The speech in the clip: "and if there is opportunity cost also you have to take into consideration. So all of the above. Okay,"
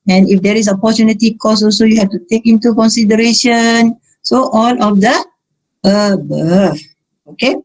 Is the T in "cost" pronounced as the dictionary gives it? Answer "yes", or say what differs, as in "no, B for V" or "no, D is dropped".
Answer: no, T is dropped